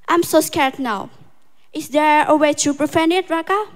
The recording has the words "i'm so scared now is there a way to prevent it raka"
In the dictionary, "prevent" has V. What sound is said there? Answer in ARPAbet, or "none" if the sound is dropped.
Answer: F